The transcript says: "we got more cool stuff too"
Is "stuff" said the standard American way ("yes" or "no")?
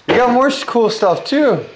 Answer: yes